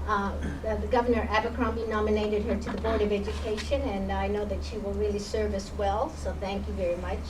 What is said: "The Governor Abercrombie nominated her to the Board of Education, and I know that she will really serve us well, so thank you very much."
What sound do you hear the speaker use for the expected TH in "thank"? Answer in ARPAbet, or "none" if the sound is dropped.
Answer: TH